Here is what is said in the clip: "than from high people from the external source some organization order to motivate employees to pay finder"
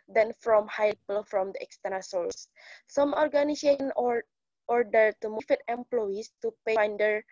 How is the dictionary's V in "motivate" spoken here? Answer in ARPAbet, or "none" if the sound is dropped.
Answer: F